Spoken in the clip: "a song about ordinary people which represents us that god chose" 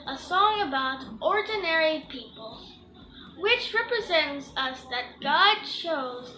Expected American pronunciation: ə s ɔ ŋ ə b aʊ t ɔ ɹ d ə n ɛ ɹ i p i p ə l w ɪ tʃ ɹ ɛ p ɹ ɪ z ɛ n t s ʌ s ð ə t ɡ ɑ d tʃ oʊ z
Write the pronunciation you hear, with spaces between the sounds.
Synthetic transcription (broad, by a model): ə s ɔ ŋ ə b aʊ t ɔ ɹ d n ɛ ɹ i p i p ə l w ɪ tʃ ɹ ɛ p ɹ ɪ z ɛ n t s ʌ s ð ə t ɡ ɑ d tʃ oʊ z